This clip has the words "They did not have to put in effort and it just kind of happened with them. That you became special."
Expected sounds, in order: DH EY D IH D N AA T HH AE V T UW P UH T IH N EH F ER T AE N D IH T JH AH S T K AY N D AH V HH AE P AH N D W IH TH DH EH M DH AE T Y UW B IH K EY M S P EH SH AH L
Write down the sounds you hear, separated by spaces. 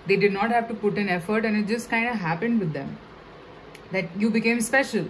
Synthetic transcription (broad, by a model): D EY D IH D N AA T HH AE V T UW P UH T IH N EH F ER T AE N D IH T JH AH S T K AY N D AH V HH AE P AH N D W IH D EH M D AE T Y UW B IH K EY M S P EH SH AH L